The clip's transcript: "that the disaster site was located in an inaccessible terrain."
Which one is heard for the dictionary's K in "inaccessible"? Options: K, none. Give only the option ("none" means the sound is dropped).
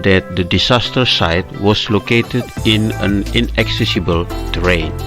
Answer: K